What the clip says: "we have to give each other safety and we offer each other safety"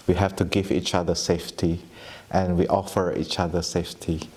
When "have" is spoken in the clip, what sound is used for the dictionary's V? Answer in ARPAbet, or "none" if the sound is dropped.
F